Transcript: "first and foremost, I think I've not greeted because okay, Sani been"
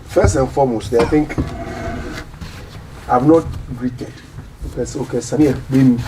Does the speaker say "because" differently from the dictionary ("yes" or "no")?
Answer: yes